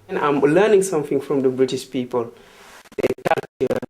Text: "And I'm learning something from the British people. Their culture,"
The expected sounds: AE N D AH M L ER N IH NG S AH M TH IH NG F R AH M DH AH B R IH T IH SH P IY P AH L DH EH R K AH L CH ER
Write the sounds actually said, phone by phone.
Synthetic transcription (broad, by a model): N AH M L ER N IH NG S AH M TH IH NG F R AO M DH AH B R IH T IH SH P IY P AH L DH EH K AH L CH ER